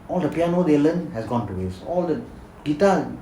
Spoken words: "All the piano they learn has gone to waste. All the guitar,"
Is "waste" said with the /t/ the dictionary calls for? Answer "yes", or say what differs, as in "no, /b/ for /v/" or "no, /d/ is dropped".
no, /t/ is dropped